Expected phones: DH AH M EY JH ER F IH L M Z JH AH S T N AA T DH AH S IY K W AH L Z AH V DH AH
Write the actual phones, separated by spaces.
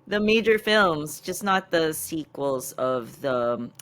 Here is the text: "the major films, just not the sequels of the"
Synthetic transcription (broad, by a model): DH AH M EY JH ER F IH L M Z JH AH S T N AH T DH AH S IY K W AH L Z AH V DH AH